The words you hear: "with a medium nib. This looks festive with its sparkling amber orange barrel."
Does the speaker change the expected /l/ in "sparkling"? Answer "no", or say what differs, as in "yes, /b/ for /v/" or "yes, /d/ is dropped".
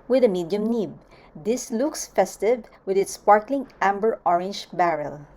no